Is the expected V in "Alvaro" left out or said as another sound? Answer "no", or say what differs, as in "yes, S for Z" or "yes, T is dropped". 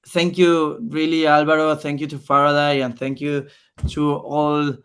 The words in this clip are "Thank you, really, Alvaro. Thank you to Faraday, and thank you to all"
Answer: yes, B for V